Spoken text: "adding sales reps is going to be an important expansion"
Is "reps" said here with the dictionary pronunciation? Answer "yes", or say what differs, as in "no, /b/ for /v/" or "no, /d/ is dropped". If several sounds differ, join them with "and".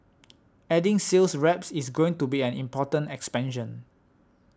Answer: yes